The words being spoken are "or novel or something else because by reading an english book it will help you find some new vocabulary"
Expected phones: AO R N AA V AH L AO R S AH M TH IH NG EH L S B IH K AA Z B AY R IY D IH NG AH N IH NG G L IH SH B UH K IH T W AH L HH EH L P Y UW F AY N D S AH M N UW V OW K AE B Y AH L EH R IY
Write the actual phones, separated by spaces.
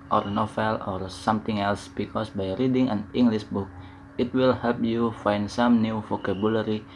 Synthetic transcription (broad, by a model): AO R N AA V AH L AO R S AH M T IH NG EH L S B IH K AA S B AY R IY D IH NG AH N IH NG G L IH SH B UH K IH T W AH L HH EH L P Y UW F AY N D S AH M N UW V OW K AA B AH L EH R IY